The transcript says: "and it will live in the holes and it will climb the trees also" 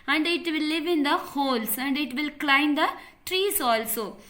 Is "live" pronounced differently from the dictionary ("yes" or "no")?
no